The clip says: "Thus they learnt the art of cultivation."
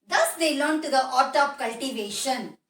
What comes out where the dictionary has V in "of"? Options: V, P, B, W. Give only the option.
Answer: P